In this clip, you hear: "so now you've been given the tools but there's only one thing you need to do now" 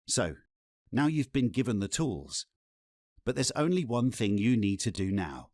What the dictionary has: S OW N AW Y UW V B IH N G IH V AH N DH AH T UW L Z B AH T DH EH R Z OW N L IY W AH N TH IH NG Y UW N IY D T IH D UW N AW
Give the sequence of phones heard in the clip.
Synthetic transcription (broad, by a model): S OW N AW Y UW V B IH N G IH V AH N DH AH T UW L Z B AH T DH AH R Z OW N L IY W AH N TH IH NG Y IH N IY D T IH D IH N AW